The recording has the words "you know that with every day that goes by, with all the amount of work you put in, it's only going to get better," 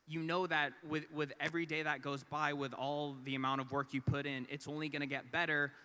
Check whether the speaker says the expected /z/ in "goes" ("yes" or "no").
yes